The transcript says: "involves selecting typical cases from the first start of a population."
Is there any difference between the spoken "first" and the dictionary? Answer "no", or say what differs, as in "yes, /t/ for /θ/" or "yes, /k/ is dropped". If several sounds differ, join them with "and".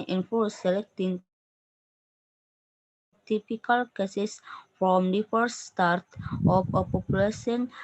yes, /s/ is dropped